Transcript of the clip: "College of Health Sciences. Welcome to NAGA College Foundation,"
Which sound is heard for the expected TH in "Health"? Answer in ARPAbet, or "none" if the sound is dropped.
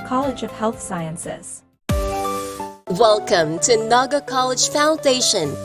TH